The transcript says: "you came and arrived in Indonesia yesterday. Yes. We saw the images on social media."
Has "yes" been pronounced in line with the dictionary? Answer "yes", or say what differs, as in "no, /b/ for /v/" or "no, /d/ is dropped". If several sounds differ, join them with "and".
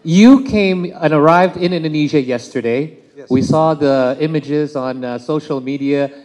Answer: no, /s/ is dropped